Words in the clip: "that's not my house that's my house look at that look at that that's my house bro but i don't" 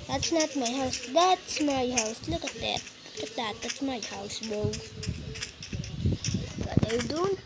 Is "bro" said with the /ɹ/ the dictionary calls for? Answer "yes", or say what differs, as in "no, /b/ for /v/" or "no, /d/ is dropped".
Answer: no, /ɹ/ is dropped